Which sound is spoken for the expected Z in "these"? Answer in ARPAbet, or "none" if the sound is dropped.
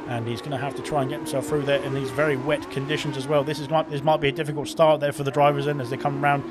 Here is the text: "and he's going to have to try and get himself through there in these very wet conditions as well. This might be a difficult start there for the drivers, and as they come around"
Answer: Z